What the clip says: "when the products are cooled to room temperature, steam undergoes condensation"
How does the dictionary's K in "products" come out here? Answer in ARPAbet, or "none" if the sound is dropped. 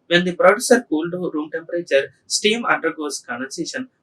none